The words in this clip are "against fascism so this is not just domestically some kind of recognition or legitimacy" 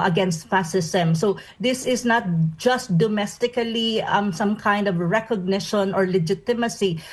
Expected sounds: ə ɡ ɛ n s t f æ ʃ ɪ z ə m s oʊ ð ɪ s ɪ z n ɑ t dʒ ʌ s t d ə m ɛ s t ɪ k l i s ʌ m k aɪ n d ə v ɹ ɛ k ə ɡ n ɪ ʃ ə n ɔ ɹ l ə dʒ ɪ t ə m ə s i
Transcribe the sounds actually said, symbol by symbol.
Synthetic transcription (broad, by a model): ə ɡ ɛ n s t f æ s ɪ s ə m s oʊ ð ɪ s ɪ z n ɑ t dʒ ʌ s t d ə m ɛ s t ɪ k l i s ʌ m k aɪ n d ə v ɹ ɛ k ə ɡ n ɪ ʃ ə n ɔ ɹ l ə dʒ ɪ t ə m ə s i